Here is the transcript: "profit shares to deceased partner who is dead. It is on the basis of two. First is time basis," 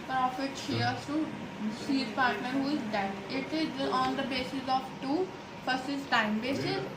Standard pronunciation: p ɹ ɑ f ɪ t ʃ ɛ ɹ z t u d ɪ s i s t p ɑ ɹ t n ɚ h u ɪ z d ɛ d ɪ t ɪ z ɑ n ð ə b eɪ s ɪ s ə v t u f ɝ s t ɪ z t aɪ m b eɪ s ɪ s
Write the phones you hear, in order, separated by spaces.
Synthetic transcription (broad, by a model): p ɹ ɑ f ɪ t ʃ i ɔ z t u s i t p ɑ ɹ t n ɚ h u ɪ z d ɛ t ɪ t ɪ z ɑ n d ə b eɪ s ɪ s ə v t u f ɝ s ɪ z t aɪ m b eɪ s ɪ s